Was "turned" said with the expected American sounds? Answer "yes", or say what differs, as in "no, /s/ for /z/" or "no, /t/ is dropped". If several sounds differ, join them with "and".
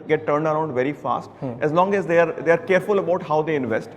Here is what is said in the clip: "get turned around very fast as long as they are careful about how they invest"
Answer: yes